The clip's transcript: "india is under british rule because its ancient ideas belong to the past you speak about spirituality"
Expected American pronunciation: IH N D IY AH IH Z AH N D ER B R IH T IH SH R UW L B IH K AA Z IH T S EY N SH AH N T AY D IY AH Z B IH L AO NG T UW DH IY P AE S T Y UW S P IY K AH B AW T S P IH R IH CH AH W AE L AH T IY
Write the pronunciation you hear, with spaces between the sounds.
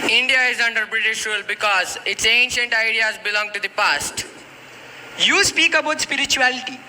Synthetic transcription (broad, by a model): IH N D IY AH IH Z AH N D ER B R IH T IH SH R UW L B IH K AA Z IH T S EY N SH AH N T AY D IY AH Z B IH L AO NG T UW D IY P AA S T Y UW S P IY K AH B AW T S P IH R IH CH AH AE L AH T IY